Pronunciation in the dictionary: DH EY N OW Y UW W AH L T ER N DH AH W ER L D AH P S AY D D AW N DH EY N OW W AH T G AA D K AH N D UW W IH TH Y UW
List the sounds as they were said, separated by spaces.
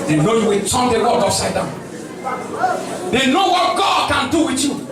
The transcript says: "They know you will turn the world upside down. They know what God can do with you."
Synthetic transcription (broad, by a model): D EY N OW Y UW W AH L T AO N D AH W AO D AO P S AY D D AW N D EY N OW W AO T G AA D K AH N D UW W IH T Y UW